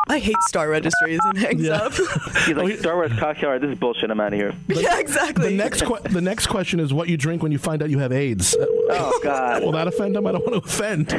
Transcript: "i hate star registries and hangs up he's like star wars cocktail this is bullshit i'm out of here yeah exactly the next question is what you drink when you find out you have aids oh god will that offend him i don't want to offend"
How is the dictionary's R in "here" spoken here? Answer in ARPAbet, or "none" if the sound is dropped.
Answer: R